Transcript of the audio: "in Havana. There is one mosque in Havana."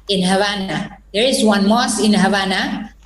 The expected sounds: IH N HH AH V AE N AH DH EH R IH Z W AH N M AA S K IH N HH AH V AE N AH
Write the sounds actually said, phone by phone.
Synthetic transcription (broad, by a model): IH N HH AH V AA N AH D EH R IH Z W AH N M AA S IH N HH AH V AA N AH